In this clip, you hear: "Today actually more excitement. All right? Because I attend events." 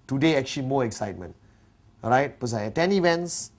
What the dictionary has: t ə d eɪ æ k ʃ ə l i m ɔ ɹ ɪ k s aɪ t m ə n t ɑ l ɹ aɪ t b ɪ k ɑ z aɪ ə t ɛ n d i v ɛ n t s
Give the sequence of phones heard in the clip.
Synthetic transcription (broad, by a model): t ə d eɪ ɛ k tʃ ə l i m ɔ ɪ k s aɪ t m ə n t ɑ ɹ aɪ t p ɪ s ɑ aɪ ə t ɛ n i v ɛ n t s